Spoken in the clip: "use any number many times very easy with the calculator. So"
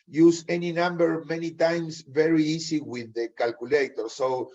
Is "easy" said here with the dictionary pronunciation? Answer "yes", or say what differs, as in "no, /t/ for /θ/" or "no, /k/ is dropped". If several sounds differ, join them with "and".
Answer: no, /s/ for /z/